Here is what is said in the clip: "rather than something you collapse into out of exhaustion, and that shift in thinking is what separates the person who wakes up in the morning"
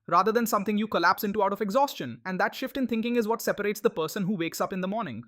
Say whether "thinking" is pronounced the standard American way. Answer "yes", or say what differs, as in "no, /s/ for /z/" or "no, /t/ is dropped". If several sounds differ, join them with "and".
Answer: no, /t/ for /θ/